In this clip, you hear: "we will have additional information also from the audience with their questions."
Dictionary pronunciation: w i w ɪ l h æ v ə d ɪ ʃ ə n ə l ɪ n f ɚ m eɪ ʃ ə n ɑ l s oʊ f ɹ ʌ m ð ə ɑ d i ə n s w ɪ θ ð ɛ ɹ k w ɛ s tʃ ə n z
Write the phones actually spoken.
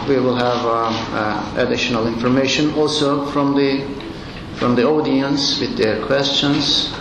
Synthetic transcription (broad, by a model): w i w ɪ l h æ v ə d ɪ ʃ ə n ə l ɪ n f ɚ m eɪ ʃ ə n ɑ l s oʊ f ɹ ʌ m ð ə ɑ d i ə n s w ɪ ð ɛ ɹ k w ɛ s tʃ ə n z